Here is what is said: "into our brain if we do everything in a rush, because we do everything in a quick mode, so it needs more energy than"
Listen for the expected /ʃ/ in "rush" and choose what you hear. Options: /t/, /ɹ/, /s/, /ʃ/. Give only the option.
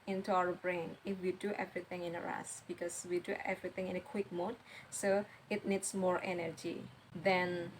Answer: /s/